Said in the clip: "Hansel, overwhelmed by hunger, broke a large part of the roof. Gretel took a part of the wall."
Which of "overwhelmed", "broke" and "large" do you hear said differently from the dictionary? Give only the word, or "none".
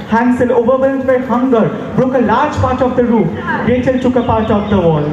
overwhelmed